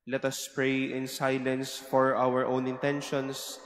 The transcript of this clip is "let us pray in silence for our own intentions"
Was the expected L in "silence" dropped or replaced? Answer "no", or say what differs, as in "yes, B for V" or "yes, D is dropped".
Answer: no